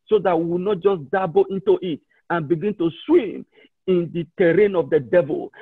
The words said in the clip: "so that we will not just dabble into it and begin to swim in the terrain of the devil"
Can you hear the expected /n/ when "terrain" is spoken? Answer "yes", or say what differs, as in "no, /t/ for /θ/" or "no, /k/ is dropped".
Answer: yes